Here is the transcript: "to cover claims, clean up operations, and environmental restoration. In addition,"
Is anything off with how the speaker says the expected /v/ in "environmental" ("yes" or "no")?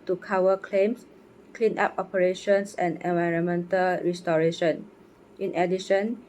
no